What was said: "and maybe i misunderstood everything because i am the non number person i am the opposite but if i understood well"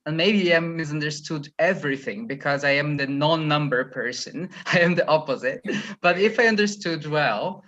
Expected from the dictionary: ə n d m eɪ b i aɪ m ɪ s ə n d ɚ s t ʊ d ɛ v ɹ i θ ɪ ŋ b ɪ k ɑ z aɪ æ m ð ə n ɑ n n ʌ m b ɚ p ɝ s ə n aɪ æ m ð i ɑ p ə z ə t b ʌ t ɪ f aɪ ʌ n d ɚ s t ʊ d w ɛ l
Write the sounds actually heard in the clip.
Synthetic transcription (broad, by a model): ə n m eɪ b i aɪ m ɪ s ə n d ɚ s t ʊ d ɛ v ɹ i θ ɪ ŋ b ɪ k ɑ z aɪ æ m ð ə n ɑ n n ʌ m b ɚ p ɝ s ə n aɪ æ m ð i ɑ p ə z ə t b ʌ t ɪ f aɪ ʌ n d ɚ s t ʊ d w ɛ l